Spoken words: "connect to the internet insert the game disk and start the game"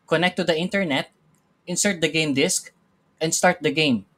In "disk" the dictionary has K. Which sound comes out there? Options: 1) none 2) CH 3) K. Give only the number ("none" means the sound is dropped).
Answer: 3